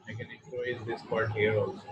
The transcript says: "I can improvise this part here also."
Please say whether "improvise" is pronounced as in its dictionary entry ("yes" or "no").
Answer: no